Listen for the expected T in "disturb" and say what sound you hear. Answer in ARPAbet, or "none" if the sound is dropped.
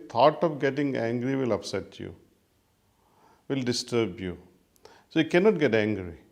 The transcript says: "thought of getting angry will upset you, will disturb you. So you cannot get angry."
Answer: T